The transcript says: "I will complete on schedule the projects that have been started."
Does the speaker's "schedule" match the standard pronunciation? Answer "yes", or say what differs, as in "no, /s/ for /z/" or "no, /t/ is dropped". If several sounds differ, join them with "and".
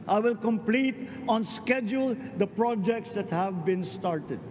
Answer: yes